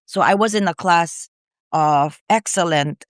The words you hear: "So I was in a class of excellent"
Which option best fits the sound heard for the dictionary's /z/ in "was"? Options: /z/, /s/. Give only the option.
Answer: /z/